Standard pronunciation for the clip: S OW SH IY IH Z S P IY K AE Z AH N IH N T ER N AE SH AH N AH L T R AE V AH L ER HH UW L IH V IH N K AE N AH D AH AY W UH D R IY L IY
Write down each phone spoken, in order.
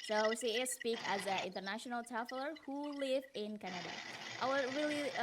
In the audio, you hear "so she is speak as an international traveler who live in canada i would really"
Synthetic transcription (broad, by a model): S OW S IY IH S P IY K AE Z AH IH N T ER N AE SH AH N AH L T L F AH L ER HH UW L IH V IH N K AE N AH D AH AY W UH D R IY L IY